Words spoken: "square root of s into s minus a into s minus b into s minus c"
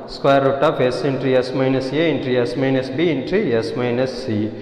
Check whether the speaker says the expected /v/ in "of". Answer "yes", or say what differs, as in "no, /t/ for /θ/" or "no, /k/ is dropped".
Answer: no, /p/ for /v/